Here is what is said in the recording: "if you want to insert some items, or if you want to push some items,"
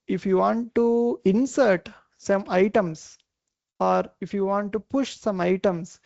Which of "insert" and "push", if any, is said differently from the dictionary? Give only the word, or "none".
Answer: none